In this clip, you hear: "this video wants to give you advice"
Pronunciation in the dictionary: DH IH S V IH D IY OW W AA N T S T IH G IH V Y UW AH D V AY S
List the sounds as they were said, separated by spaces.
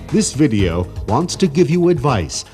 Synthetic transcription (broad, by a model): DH IH S V IH D IY OW W AA N T S T IH G IH V Y UW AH D V AY S